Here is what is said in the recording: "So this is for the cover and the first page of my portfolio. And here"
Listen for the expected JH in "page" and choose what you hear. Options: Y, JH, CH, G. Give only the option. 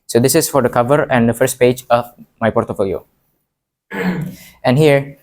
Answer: JH